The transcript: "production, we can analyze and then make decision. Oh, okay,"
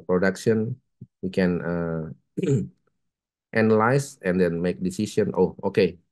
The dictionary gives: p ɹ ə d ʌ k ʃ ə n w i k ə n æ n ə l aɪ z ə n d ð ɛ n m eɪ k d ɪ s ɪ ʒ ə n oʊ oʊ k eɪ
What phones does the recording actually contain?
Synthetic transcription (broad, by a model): p ɹ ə d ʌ k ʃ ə n w i k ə n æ n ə l aɪ s ə n d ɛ n m eɪ k d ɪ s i s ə n oʊ oʊ k eɪ